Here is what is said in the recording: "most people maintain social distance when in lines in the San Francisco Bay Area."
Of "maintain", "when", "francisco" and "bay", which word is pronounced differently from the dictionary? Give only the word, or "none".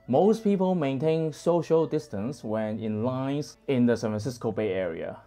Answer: francisco